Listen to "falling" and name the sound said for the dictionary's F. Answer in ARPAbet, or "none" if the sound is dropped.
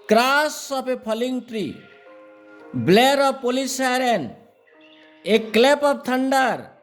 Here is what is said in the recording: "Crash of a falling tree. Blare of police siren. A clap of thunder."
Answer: P